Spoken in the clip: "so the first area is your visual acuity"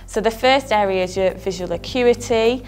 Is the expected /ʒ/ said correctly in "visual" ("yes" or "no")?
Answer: yes